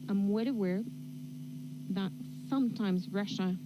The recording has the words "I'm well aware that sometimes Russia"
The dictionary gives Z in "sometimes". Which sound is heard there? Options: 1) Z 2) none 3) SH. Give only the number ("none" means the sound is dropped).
1